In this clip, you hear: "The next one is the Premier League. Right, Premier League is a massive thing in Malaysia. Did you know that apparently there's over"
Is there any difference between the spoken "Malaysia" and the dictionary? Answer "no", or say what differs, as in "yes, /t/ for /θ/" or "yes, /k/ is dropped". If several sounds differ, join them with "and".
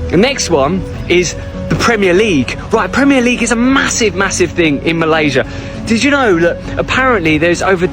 no